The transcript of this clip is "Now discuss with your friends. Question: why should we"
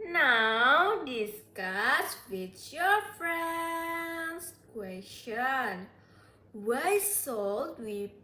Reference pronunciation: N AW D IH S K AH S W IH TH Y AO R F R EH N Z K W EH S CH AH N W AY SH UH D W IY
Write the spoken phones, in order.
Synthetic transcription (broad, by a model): N AW D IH S K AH S W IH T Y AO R F R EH N S K W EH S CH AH N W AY S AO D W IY